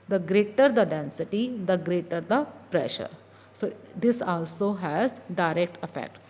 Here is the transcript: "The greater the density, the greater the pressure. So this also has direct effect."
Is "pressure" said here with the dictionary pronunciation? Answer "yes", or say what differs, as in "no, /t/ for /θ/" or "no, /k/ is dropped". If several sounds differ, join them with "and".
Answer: yes